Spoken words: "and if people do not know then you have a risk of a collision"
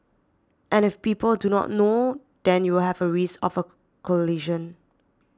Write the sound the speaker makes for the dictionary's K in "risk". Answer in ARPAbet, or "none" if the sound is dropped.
none